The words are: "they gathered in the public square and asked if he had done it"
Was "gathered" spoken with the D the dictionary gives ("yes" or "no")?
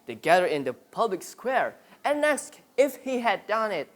no